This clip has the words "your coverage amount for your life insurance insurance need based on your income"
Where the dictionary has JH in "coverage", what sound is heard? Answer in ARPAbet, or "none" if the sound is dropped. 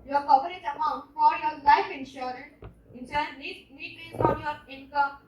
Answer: Z